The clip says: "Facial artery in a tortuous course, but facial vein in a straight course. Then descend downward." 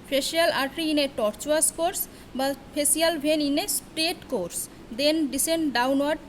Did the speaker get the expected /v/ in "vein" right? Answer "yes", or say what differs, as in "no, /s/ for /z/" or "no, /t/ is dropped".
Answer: no, /b/ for /v/